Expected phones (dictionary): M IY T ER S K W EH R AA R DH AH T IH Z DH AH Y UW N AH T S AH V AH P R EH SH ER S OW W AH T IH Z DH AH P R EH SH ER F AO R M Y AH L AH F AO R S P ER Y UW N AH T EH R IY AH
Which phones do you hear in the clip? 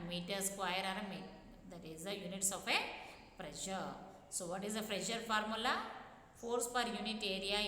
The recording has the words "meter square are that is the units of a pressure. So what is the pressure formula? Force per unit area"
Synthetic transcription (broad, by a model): M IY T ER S K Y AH R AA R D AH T IH Z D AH Y UW N AH T S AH F AH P R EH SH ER S OW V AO T IH Z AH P R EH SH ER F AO R M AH L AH F AO R S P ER Y UW N AH T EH R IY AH